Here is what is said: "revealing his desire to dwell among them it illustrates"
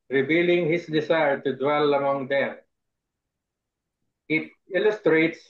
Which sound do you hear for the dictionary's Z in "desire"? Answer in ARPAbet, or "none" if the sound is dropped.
S